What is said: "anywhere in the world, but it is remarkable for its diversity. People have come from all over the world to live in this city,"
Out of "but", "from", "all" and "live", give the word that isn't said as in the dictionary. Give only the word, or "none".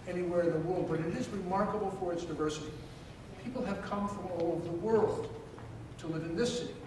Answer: none